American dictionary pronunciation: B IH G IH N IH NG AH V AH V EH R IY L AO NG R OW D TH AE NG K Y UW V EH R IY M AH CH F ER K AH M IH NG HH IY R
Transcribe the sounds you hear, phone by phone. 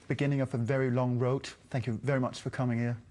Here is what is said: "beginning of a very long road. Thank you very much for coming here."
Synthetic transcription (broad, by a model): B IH G IH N IH NG AH V AH V EH R IY L AO NG R OW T TH AE NG K Y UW V EH R IY M AH CH F ER K AH M IH NG HH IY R